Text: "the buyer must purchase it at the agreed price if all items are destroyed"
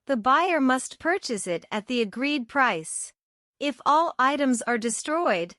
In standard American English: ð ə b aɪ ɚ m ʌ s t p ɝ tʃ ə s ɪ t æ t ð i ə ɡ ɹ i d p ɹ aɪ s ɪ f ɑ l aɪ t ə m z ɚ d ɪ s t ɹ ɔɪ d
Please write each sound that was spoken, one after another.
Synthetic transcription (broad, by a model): ð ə b aɪ ɚ m ʌ s t p ɝ tʃ ə s ɪ t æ t ð i ə ɡ ɹ i d p ɹ aɪ s ɪ f ɑ l aɪ t ə m z ɚ d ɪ s t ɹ ɔɪ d